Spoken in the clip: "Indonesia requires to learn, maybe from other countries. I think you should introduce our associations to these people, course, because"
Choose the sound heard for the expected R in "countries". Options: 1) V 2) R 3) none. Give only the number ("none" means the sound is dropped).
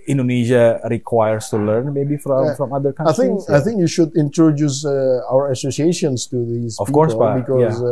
3